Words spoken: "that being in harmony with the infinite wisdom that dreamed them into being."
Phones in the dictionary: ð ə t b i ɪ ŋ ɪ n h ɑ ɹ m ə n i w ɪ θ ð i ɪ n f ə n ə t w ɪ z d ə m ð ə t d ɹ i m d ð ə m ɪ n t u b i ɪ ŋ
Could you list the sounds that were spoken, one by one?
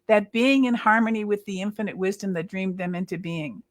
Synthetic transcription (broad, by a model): ð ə t b i ɪ ŋ ɪ n h ɑ ɹ m ə n i w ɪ ð i ɪ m f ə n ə t w ɪ z d ə m ð ə t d ɹ i m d ð ə m ɪ n t u b i ɪ ŋ